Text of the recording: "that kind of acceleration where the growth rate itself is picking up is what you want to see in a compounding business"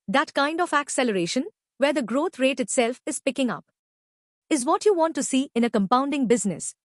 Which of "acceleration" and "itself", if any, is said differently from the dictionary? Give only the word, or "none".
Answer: none